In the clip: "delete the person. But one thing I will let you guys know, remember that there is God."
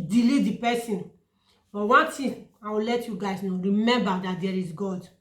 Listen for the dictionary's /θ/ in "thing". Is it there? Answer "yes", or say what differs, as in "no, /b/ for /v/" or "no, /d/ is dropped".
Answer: no, /t/ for /θ/